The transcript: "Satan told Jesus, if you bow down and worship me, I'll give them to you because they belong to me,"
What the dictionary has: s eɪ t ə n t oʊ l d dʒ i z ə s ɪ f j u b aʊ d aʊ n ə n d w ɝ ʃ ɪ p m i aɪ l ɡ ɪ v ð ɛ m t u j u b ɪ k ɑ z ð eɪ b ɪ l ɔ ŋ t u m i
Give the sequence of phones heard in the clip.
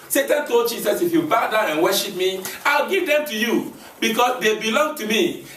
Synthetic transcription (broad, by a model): s eɪ t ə n t oʊ l d dʒ i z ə s ɪ f j u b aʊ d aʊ ə n w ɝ ʃ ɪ p m i aɪ l ɡ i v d ɛ m t u j u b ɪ k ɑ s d eɪ b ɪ l ɔ ŋ t u m i